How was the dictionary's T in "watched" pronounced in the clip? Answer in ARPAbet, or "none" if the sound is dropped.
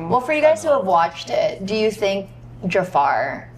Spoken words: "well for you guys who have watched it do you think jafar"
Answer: T